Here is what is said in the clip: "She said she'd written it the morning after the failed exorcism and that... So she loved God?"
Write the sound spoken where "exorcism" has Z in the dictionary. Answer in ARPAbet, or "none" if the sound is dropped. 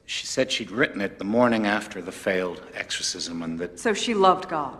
Z